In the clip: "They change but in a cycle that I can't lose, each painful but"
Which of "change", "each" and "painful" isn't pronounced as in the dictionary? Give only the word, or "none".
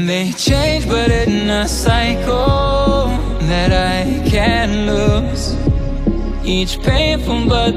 painful